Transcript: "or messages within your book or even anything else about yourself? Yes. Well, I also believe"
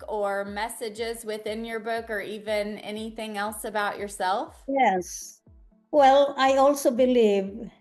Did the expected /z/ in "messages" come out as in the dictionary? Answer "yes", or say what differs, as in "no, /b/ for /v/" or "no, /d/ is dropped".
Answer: yes